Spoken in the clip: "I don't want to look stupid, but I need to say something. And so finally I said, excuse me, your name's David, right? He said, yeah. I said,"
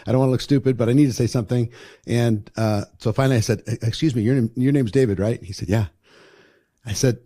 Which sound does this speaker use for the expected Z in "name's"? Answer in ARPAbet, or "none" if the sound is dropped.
Z